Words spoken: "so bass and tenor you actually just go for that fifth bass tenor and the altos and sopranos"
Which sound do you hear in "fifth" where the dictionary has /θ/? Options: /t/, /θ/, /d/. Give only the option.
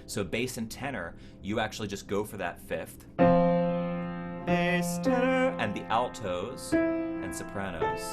/θ/